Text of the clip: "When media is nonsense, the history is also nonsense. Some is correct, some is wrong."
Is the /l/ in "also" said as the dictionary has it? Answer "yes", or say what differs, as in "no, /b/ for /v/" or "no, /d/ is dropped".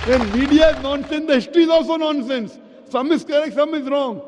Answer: yes